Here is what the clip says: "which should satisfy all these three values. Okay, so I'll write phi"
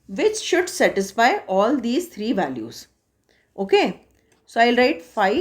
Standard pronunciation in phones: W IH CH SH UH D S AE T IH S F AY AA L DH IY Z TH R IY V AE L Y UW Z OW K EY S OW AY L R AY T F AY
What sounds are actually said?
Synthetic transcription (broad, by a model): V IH CH SH UH D S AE T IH S F AY AA L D IY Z T R IY V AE L Y UW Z OW K EY S OW AY L R AY T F AY